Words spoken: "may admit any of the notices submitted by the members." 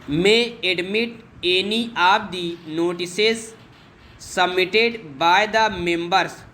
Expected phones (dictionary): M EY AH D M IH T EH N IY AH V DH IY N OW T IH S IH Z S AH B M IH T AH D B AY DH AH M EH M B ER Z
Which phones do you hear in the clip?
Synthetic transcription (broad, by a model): M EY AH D M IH T EH N IY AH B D IY N OW T IH S IH Z S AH M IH T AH D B AY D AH M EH M B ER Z